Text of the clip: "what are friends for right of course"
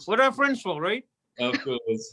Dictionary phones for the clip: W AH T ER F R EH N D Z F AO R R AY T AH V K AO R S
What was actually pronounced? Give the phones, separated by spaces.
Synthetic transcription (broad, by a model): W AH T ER F R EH N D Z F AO L R AY T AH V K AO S